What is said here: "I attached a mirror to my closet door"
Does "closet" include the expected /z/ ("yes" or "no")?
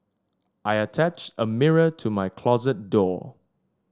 yes